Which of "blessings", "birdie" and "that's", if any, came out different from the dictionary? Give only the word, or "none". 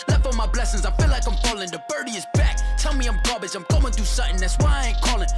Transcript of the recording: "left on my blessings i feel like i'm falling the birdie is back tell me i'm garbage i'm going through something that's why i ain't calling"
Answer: none